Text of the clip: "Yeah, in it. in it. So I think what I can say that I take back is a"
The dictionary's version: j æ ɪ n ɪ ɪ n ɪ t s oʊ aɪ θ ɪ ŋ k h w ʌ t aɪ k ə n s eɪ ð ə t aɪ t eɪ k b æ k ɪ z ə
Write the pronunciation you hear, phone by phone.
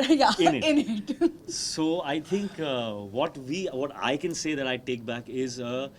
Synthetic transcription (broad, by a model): j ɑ ɪ n ɪ ɪ n ɪ t s oʊ aɪ t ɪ ŋ k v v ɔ t aɪ k ə n s eɪ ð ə t aɪ t eɪ k b æ k ɪ z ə